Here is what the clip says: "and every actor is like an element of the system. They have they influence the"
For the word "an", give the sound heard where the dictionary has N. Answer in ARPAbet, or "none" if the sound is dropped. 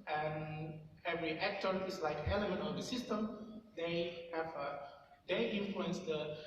L